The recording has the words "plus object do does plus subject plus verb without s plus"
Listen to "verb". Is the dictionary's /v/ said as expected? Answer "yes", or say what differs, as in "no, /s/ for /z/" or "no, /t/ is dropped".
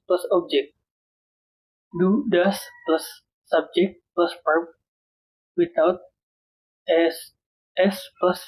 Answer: no, /p/ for /v/